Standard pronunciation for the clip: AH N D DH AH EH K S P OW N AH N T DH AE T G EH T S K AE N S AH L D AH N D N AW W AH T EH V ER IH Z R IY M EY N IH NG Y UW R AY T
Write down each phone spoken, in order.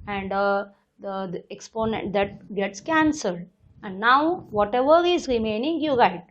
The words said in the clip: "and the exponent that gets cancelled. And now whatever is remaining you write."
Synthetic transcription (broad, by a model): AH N D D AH EH K S P OW N AH N T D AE T G EH T S K AE N S AH L D AH N D N AW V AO T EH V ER IH Z R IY M EY N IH NG Y UW R AY T